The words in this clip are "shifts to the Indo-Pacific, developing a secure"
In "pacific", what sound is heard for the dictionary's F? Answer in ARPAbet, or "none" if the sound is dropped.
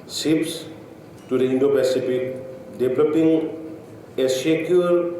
P